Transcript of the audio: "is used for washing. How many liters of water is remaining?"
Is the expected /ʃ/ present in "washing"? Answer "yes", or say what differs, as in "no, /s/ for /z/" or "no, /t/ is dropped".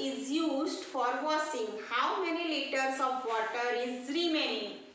no, /s/ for /ʃ/